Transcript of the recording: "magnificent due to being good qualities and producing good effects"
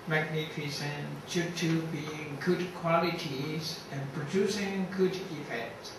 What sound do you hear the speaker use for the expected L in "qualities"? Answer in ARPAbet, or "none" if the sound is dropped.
L